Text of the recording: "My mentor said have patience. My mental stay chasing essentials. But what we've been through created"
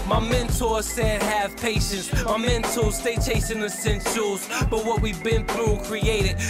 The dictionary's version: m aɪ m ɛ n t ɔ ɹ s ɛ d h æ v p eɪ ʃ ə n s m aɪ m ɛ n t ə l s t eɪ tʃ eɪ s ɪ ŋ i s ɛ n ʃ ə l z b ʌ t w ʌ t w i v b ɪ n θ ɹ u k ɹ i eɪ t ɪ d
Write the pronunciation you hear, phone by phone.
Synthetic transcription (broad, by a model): m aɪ m ɛ n t ɔ ɹ s ɛ d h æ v p eɪ ʃ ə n s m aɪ m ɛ n t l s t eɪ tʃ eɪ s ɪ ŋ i s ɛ n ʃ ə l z b ʌ t w ʌ t w i v b ɪ n θ ɹ u k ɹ i eɪ t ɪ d